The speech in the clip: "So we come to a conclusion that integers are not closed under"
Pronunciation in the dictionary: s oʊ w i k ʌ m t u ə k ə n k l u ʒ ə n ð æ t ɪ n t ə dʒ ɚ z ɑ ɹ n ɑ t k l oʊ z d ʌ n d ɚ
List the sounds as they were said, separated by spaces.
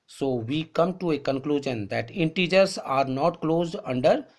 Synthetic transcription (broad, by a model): s oʊ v i k ʌ m t u ə k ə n k l u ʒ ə n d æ t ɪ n t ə dʒ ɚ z ɑ ɹ n ɑ t k l oʊ z d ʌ n d ɚ